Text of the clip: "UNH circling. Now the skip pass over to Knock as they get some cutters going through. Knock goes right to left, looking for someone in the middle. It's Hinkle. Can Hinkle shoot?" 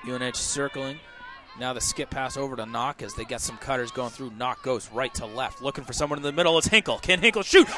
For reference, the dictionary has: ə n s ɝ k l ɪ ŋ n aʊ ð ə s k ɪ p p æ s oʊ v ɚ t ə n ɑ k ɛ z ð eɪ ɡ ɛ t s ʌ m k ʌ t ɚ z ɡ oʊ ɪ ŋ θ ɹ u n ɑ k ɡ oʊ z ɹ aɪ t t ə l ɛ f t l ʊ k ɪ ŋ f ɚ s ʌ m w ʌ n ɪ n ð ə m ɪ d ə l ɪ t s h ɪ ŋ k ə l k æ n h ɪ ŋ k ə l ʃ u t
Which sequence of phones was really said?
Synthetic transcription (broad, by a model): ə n s ɝ k l ɪ ŋ n aʊ ð ə s k ɪ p p æ s oʊ v ɚ t ə n ɑ k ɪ z ð eɪ ɡ ɛ t s ʌ m k ʌ t ɚ z ɡ oʊ ɪ ŋ θ ɹ u n ɑ k ɡ oʊ z ɹ aɪ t t ə l ɛ f t l ʊ k ɪ ŋ f ɚ s ʌ m w ʌ n ɪ n ð ə m ɪ d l ɪ t s h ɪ ŋ k l k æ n h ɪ ŋ k l ʃ u t